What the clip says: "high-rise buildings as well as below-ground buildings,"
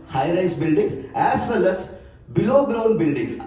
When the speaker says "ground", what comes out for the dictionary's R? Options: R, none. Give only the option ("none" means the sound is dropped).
R